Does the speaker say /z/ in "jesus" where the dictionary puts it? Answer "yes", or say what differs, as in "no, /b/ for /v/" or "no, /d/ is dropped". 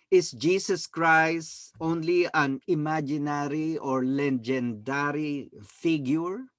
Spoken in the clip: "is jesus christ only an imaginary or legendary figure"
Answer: no, /s/ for /z/